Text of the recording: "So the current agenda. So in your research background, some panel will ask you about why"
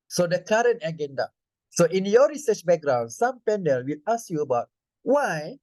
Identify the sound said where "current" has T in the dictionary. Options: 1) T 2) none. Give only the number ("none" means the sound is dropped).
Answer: 1